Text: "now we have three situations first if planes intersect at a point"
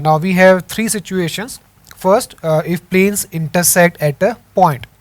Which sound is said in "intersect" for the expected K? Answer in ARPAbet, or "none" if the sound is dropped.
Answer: K